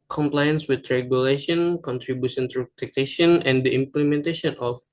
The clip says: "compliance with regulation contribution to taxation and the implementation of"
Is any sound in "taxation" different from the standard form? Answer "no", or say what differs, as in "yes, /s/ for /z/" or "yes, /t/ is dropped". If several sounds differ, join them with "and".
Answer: yes, /s/ is dropped